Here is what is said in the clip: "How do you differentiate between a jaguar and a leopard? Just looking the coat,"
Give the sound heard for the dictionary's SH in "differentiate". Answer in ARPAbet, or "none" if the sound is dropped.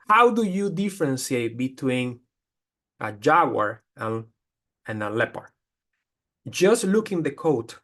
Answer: S